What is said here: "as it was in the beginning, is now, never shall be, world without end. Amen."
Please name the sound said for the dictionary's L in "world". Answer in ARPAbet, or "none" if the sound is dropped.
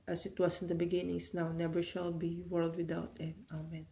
L